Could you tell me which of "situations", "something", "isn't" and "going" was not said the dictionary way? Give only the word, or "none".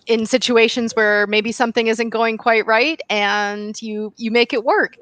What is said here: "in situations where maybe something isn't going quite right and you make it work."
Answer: none